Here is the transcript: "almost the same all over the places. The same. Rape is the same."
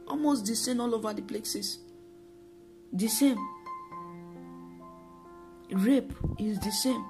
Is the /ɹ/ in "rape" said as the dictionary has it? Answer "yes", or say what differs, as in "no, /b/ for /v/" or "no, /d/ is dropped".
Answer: yes